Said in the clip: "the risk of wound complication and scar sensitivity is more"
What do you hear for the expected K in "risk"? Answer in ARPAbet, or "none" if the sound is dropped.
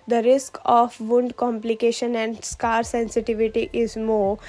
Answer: K